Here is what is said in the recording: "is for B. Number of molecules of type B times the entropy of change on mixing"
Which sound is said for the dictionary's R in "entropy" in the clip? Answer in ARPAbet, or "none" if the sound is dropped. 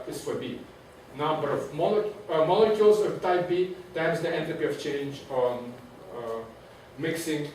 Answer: none